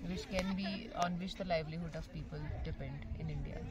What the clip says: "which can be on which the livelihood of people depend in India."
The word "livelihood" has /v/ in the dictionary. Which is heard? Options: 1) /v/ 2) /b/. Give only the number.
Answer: 1